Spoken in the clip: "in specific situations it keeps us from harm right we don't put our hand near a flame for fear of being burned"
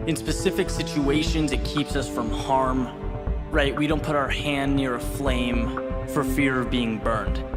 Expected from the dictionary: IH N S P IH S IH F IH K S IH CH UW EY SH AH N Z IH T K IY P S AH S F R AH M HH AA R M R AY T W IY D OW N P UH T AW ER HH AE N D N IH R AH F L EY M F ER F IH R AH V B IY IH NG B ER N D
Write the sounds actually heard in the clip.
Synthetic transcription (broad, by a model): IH N S P IH S IH F IH K S IH CH UW EY SH AH N Z IH T K IY P S AH S F R AH M HH AA R M R AY T W IY D OW N P UH T AW ER HH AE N N IH R AH F L EY M F ER F IH R AH V B IY IH NG B ER N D